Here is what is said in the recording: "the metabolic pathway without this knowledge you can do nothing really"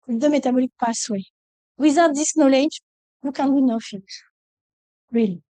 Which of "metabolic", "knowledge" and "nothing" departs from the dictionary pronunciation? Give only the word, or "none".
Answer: nothing